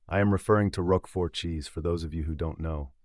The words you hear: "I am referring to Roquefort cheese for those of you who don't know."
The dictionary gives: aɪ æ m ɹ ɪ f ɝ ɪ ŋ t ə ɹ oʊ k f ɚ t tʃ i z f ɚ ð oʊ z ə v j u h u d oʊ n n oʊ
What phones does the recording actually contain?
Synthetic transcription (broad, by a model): aɪ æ m ɹ ɪ f ɝ ɪ ŋ t ə ɹ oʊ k f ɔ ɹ tʃ i z f ɚ ð oʊ z ə v j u h u d oʊ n n oʊ